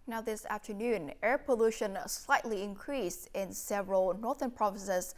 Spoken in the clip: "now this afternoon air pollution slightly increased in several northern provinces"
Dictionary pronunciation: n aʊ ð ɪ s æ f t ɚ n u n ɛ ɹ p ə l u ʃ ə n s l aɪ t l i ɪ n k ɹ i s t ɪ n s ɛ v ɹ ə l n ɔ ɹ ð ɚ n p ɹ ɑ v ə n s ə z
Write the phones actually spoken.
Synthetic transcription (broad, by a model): n aʊ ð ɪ s æ f t ɚ n u n ɛ ɹ p ə l u ʃ ə n s l aɪ t l i ɪ n k ɹ i s t ɪ n s ɛ v ɹ ə l n ɔ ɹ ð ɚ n p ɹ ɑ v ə n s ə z